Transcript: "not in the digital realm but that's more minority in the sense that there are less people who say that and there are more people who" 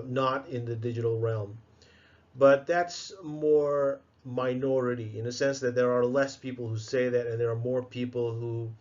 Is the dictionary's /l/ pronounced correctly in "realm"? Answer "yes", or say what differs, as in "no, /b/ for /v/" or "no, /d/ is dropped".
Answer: yes